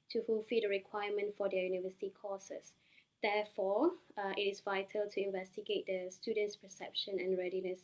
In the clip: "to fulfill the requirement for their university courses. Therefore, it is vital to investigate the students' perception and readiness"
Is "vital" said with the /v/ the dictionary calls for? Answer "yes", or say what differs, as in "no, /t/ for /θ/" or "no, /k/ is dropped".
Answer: yes